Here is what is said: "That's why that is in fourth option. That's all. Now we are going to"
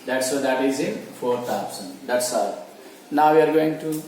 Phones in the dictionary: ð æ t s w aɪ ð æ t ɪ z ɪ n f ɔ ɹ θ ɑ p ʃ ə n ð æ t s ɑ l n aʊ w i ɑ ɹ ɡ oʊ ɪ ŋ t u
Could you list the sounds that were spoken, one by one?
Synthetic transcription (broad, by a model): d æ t s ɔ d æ t ɪ z ɪ n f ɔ ɹ t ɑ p s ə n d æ t s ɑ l n aʊ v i ɑ ɹ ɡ oʊ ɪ ŋ t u